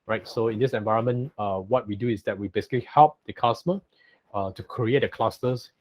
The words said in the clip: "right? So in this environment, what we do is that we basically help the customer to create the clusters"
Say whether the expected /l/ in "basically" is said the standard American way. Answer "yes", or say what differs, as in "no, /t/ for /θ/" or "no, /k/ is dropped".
yes